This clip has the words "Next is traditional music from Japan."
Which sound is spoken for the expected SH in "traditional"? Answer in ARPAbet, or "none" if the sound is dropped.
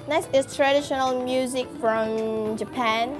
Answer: SH